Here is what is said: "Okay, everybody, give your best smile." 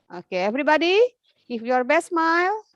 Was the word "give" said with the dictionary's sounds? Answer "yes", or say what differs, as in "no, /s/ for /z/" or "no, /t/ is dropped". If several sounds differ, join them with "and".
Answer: no, /f/ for /v/